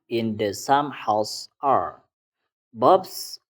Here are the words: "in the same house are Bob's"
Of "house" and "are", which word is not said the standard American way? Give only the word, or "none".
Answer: none